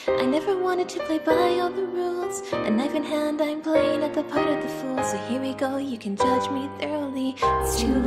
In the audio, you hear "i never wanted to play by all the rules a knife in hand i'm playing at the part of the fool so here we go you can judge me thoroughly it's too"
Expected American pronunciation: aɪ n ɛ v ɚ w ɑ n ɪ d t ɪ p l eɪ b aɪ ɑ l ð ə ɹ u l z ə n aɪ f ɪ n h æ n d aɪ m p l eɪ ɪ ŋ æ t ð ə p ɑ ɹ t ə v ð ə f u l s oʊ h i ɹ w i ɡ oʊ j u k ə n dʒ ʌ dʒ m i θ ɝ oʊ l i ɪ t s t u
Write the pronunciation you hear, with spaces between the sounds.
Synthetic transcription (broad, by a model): aɪ n ɛ v ɚ w ɑ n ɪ d t ɪ p l eɪ b aɪ ɑ l ð ə ɹ u l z ə n aɪ f ɪ n h æ n d aɪ m p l eɪ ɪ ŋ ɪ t ð ə p ɑ ɹ t ə v ð ə f u l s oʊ h i ɹ w i ɡ oʊ j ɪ k ə n dʒ ʌ dʒ m i θ ɝ oʊ l i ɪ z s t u